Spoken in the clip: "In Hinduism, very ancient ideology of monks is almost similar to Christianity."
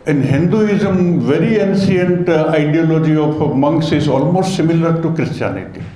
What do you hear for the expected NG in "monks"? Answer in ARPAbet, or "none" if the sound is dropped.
NG